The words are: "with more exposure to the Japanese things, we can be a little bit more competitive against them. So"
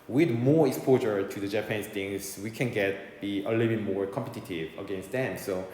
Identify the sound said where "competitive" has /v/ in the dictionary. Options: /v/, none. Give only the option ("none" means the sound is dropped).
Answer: /v/